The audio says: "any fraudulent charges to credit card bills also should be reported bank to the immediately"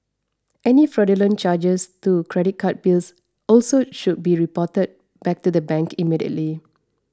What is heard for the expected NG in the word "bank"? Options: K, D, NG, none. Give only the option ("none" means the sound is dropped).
none